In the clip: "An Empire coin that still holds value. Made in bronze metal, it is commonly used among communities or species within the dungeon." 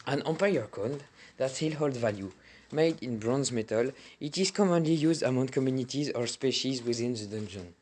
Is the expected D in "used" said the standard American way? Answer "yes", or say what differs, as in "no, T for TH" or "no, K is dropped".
yes